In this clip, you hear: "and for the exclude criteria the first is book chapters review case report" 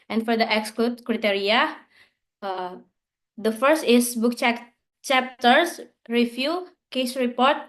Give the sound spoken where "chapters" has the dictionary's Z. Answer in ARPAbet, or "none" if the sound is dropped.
S